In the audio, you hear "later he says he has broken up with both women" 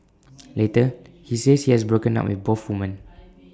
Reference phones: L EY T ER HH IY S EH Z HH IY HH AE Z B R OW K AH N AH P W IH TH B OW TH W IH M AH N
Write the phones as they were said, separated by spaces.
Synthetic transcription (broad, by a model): L EY T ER HH IY S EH S HH IY HH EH S B R OW K AH N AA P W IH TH B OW F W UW M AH N